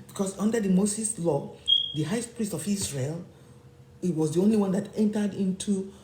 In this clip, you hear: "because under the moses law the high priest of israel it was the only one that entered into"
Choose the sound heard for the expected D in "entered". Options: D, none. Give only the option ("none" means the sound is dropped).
D